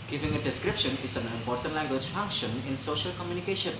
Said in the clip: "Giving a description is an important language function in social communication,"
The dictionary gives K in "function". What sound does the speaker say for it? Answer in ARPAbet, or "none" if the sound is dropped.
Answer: K